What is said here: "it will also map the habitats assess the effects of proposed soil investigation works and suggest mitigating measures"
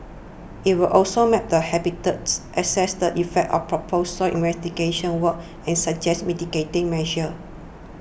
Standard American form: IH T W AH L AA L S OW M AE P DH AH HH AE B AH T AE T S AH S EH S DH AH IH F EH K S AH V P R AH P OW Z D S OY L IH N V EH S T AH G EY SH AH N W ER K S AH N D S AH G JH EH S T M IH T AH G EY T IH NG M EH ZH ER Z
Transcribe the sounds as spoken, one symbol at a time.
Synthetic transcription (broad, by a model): IH T W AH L AA L S OW M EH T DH AH HH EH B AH T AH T S AH S EH S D AH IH F EH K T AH F P R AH P OW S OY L IH N V EH S T AH G EY SH AH N W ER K AH N S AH JH EH S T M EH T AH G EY T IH NG M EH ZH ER